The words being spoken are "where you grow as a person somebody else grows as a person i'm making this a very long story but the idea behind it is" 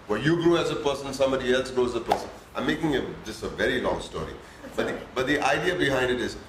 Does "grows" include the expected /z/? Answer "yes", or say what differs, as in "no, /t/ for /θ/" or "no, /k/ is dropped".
no, /z/ is dropped